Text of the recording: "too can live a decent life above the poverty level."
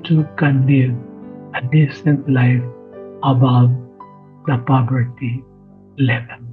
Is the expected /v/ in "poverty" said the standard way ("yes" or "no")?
no